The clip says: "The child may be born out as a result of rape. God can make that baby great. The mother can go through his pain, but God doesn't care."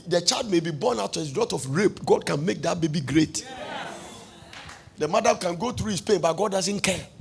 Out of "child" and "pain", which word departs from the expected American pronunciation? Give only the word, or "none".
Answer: none